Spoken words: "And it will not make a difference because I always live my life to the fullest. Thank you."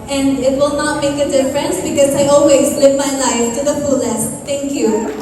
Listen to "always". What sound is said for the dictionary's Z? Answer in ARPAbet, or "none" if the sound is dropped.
Z